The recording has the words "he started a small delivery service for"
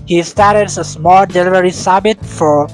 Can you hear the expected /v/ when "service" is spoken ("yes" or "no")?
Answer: no